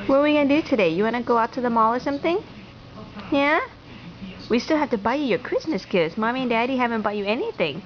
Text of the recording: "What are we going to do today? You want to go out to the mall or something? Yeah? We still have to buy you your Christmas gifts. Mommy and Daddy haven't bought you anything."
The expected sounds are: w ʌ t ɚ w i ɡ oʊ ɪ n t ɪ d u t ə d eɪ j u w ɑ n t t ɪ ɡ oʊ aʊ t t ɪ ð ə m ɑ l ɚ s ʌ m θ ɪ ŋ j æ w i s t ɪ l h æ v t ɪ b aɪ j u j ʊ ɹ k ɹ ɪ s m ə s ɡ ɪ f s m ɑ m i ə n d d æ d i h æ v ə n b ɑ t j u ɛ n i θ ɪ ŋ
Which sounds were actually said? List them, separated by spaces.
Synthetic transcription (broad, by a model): w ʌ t w i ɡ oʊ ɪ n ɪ d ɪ t ə d eɪ j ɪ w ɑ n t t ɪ ɡ oʊ aʊ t t ɪ ð ə m ɑ l ɚ s ʌ m θ ɪ ŋ j æ w i s t ɪ l h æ f t ɪ b aɪ j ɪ j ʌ ɹ k ɹ ɪ s m ə s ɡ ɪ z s m ɑ m i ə n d d æ d i h æ v ə n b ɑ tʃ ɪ ɛ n i θ ɪ ŋ